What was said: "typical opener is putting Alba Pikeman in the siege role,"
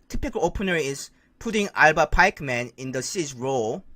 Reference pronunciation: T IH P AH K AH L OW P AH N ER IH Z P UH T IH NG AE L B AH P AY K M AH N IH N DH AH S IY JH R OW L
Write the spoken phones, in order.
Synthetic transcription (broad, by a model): T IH P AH K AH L OW P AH N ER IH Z P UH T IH NG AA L B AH P AY K M AH N IH N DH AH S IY Z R OW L